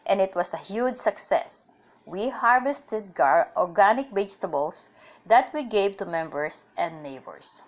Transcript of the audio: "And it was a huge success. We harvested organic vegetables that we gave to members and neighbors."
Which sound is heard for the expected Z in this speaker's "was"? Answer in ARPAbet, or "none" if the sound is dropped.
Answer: S